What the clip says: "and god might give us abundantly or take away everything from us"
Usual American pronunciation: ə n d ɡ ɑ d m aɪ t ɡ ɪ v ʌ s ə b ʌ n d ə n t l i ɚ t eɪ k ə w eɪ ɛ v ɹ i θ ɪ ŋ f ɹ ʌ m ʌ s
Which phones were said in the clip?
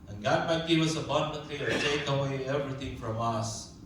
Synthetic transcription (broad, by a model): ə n ɡ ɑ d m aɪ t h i w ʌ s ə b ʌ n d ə t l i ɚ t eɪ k ə w eɪ ɛ v ɹ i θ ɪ ŋ f ɹ ʌ m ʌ s